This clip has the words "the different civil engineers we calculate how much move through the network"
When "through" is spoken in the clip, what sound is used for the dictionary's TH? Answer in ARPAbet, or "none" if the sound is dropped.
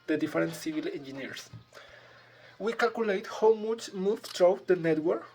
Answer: T